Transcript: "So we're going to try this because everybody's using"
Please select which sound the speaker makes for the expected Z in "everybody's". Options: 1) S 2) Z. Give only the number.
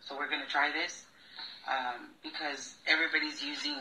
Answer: 2